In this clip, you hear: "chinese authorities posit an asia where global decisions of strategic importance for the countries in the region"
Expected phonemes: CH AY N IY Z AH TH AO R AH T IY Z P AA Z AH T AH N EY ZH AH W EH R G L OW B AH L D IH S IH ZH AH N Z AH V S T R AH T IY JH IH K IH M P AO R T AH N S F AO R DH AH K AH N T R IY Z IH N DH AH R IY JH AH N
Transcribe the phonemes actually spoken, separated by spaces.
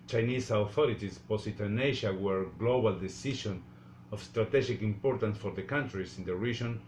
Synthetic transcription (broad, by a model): CH AY N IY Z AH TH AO R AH T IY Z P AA S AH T AH N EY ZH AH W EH R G L OW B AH L D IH S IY SH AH N AH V S T R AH T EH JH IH K IH M P AO R T AH N S F AO R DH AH K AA N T R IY S IH N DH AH R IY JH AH N